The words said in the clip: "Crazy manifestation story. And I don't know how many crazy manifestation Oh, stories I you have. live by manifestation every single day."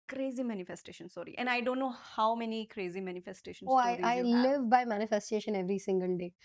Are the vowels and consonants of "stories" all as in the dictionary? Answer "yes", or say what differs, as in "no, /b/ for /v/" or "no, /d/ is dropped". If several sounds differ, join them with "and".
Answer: no, /ɹ/ is dropped and /z/ is dropped